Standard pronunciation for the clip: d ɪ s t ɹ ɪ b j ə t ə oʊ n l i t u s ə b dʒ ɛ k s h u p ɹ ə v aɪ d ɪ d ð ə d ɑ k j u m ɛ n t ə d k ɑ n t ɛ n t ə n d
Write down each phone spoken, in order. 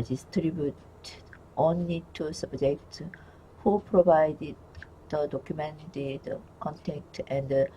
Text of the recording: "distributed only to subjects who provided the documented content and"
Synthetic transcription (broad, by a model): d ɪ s t ɹ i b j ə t oʊ n l i t u s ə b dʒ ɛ k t h u p ɹ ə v aɪ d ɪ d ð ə d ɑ k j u m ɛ n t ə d k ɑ n t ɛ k t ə n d